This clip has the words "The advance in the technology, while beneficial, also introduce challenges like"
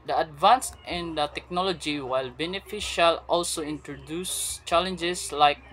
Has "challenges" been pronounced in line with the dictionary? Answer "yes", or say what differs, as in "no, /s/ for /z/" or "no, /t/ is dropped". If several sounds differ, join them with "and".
no, /s/ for /z/